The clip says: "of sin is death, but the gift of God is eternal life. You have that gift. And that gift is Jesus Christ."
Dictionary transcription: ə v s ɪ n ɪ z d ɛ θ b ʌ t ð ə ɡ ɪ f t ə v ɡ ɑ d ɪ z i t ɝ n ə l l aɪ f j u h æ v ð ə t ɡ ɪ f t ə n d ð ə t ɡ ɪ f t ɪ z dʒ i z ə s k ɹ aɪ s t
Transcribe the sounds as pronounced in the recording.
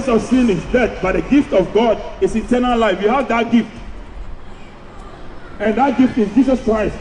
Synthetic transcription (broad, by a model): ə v s ɪ n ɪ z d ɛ t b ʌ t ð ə ɡ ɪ f t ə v ɡ ɑ d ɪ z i t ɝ n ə l l aɪ f j u h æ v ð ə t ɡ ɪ f t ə n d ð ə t ɡ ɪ f t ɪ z dʒ i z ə s k ɹ aɪ s t